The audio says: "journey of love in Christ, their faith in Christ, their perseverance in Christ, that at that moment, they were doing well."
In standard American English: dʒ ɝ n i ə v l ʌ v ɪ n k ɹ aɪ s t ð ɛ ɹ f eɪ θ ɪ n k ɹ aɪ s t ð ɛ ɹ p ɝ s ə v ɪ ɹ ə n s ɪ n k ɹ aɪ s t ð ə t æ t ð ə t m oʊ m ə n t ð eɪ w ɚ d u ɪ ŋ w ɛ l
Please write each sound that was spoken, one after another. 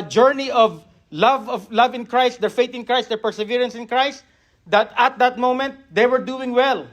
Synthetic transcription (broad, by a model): dʒ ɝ n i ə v l ʌ v ɪ n k ɹ aɪ s t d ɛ ɹ f eɪ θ ɪ n k ɹ aɪ s t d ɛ ɹ p ɝ s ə v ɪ ɹ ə n s ɪ n k ɹ aɪ s t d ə t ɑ t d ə t m oʊ m ə n t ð eɪ w ɚ d u ɪ ŋ w ɛ l